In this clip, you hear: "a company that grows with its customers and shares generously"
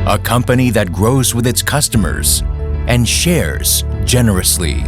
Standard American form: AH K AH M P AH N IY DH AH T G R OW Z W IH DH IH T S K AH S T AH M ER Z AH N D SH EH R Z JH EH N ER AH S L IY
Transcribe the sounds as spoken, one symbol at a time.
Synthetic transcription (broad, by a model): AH K AH M P AH N IY DH AH T G R OW Z W IH DH IH T S K AH S T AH M ER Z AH N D SH EH R Z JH EH N ER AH S L IY